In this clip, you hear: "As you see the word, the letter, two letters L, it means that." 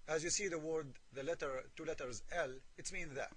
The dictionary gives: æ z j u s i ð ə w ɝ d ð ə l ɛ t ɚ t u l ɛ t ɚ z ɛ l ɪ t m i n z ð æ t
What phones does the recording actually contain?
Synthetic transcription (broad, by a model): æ z j u s i ð ə w ɝ d ð ə l ɛ t ɚ t u l ɛ t ɚ z ɛ l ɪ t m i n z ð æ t